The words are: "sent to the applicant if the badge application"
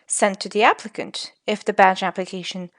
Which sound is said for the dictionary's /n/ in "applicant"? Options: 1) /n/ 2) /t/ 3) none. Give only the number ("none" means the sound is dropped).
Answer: 1